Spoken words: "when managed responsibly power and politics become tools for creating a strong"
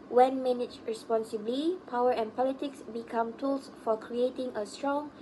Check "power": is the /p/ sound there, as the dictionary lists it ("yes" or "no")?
yes